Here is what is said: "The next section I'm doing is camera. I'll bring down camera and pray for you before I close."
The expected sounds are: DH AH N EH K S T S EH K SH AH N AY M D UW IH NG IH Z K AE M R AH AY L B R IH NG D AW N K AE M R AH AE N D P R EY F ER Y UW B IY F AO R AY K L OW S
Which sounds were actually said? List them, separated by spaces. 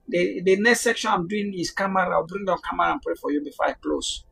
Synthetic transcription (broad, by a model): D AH N EH K S T S EH K SH AH N AY M D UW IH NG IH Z K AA M R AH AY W B R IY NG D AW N K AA M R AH N P R EY F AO Y UW B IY F AO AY K L OW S